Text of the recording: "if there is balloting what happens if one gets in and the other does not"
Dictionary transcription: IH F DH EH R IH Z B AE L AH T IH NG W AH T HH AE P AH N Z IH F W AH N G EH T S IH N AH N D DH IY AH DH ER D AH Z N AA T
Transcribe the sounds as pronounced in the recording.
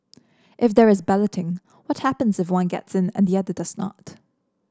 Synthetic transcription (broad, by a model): IH F DH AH R IH Z B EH L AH T IH NG W AH T HH AE P AH N Z IH F W AH N G EH T S IH N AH N DH IY AH DH ER D AH Z N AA T